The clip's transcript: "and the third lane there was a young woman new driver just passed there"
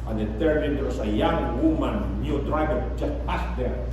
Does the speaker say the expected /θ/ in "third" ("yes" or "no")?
no